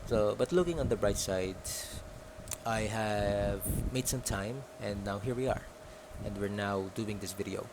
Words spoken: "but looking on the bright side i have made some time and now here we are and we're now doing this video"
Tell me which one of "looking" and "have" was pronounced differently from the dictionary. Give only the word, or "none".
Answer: none